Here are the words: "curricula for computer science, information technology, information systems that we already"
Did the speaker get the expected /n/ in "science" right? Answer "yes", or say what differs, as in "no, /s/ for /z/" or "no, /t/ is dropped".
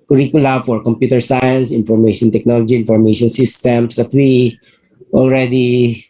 yes